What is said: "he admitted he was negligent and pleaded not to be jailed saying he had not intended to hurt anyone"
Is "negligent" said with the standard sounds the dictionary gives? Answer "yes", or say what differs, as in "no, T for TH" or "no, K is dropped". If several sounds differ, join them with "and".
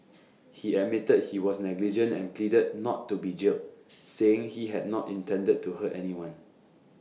yes